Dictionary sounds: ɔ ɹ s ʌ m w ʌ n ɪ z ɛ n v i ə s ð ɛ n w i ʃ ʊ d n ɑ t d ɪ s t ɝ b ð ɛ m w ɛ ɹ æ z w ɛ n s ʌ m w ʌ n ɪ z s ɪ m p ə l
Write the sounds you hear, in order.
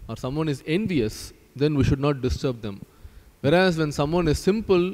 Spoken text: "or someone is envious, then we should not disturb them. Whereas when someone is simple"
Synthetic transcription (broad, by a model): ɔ ɹ s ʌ m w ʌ n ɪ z ɛ n v i ə s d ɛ n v i ʃ ʊ d n ɑ t d ɪ s t ɝ b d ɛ m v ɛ ɹ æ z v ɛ n s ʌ m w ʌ n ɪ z s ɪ m p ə l